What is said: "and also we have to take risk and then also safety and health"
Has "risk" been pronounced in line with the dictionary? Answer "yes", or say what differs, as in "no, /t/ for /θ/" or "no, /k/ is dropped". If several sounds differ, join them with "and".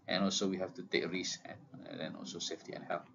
no, /k/ is dropped